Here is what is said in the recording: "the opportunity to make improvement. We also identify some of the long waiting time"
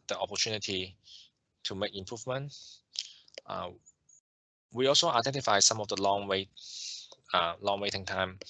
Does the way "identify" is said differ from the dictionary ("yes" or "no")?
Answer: no